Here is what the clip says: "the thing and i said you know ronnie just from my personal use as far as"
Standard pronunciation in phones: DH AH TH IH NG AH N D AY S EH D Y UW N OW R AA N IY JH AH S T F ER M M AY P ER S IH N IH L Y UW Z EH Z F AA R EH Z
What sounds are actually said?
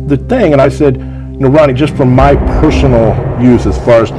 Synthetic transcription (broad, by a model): DH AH TH IH NG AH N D AY S EH D N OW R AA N IY JH AH S T F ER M M AY P ER S N L Y UW Z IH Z F AA R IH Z